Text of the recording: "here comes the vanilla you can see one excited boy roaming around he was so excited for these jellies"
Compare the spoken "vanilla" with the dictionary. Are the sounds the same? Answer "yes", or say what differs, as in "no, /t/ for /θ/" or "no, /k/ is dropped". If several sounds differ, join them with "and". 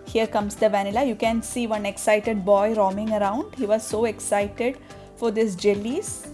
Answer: yes